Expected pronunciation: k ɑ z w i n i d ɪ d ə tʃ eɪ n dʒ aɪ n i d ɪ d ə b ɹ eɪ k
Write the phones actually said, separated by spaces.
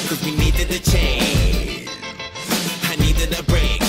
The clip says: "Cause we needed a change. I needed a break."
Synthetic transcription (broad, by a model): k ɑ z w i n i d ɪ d ə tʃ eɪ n aɪ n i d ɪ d ə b ɹ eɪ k